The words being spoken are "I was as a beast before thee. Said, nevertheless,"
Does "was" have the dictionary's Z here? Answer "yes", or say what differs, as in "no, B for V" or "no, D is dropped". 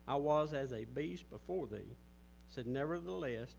yes